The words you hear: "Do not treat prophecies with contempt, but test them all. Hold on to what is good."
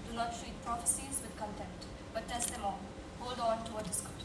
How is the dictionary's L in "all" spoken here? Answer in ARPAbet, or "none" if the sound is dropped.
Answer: N